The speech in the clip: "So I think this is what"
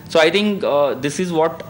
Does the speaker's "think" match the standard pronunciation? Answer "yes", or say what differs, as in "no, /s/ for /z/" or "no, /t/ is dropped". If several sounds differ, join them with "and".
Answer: no, /t/ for /θ/